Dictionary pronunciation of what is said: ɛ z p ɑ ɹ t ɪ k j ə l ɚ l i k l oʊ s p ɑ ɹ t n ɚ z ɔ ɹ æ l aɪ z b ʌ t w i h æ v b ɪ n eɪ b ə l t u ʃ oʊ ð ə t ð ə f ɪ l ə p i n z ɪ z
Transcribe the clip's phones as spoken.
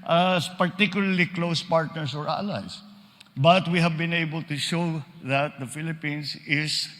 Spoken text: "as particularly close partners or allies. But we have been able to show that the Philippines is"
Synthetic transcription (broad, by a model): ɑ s p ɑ ɹ t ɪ k j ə l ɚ l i k l oʊ s p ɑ ɹ t n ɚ s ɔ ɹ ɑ l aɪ s b ʌ t w i h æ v b ɪ n eɪ b ə l t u ʃ oʊ ð ə t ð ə f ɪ l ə p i n s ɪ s